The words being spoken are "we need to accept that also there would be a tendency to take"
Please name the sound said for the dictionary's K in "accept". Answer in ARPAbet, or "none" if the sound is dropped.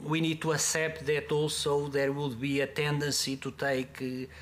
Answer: none